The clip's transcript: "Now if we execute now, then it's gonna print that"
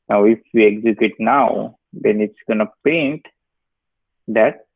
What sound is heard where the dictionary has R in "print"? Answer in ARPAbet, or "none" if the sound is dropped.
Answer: none